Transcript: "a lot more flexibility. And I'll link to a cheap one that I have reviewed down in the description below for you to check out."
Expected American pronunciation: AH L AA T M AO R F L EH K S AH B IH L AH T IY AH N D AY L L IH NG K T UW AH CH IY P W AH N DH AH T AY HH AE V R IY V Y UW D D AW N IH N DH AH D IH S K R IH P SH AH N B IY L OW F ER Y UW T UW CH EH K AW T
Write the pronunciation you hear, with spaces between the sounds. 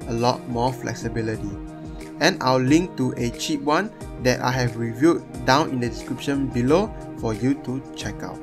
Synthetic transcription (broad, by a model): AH L AA T M AO F L EH K S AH B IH L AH T IY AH N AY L L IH NG K T UW AH CH IY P W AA N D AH T AY HH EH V R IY V Y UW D D AW N IH N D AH D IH S K R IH P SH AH N B IY L OW F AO Y UW T UW CH EH K AW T